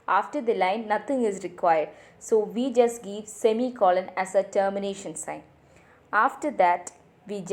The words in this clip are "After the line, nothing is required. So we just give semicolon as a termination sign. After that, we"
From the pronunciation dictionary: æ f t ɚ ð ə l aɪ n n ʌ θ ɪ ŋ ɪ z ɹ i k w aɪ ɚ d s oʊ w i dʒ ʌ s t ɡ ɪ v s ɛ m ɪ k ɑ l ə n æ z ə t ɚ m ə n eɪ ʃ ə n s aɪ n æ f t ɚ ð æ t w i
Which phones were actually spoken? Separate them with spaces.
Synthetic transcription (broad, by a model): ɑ f t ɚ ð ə l aɪ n n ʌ t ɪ ŋ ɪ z ɹ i k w aɪ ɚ d s oʊ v i dʒ ʌ s t ɡ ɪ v s ɛ m ɪ k ɑ l ə n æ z ə t ɚ m ə n eɪ ʃ ə n s aɪ n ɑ f t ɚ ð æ t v i